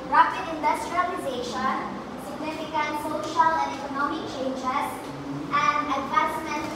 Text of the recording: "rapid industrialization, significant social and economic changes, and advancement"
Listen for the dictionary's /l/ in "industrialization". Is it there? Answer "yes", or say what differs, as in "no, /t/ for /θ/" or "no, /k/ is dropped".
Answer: yes